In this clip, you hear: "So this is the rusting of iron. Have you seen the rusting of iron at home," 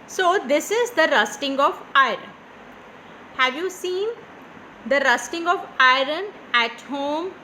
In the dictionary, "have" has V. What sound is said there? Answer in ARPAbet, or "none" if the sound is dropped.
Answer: V